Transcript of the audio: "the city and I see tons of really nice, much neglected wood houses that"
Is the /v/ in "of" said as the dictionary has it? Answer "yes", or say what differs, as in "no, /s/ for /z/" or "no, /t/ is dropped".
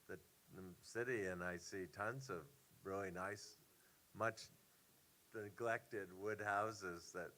yes